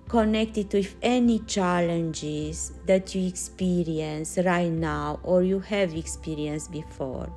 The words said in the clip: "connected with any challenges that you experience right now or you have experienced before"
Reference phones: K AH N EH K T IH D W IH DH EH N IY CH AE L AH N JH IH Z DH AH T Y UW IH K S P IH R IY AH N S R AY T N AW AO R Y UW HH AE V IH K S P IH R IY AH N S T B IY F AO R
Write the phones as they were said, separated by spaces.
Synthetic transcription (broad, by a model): K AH N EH K T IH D W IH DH EH N IY CH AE L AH N JH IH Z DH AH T Y UW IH K S P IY R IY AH N S R AY T N AW AO R Y UW HH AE V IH K S P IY R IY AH N S B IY F AO R